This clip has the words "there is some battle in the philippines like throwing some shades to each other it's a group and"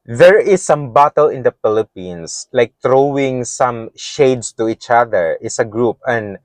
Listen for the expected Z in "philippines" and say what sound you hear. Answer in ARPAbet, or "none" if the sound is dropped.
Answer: S